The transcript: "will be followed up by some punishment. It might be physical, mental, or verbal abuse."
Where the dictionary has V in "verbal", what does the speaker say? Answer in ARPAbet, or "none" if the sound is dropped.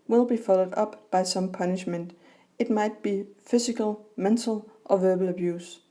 V